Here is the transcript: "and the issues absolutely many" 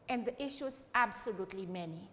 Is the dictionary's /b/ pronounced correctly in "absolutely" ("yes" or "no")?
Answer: yes